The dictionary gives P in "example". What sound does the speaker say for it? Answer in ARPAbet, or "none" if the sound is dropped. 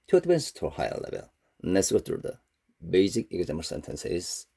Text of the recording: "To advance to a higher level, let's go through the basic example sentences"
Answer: none